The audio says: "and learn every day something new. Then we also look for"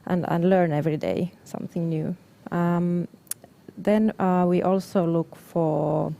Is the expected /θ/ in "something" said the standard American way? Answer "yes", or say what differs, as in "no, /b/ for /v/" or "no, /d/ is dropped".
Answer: yes